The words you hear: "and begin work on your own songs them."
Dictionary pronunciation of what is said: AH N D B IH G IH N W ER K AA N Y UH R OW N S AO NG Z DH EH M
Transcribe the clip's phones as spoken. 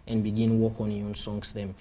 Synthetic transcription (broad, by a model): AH N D B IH G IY N W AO K AA N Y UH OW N S AO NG S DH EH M